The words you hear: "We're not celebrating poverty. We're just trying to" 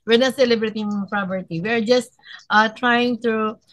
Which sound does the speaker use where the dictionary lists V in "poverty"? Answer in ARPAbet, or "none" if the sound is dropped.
P